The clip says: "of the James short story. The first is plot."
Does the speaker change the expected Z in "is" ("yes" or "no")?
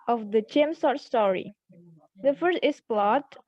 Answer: yes